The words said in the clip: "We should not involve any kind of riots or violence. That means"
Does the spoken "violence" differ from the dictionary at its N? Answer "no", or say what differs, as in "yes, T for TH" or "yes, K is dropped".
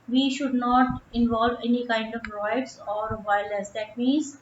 yes, N is dropped